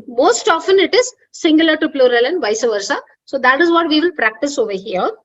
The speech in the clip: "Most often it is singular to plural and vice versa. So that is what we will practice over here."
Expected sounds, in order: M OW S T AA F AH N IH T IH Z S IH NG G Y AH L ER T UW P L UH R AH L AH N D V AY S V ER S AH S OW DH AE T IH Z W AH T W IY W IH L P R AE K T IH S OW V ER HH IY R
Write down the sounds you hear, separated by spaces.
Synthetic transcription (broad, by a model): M OW S T AA F AH N IH T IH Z S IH NG G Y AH L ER T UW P L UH R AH L AH N D V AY S V ER S AH S OW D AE T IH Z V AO T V IY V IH L P R AE K T IH S OW V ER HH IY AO